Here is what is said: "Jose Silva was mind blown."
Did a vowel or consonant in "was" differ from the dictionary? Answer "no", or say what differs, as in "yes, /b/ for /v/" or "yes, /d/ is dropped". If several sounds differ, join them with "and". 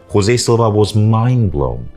no